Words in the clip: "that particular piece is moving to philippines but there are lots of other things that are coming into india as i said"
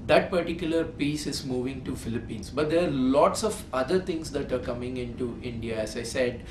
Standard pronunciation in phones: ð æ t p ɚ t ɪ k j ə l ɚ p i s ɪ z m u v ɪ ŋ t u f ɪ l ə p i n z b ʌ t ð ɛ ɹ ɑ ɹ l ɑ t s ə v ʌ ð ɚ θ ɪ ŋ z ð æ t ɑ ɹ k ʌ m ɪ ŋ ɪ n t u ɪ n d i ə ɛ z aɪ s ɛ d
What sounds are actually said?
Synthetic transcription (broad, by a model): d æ t p ɚ t ɪ k j ə l ɚ p i s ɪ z m u v ɪ ŋ t u f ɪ l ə p i n s b ʌ t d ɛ ɹ ɑ ɹ l ɑ t s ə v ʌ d ɚ t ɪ ŋ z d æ t ɑ ɹ k ʌ m ɪ ŋ ɪ n t u ɪ n d i ə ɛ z aɪ s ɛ d